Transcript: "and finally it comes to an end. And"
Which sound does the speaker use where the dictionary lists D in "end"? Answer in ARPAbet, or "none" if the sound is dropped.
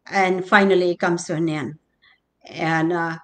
none